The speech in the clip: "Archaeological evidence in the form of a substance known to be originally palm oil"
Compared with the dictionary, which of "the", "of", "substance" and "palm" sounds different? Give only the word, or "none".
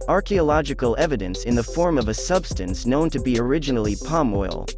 none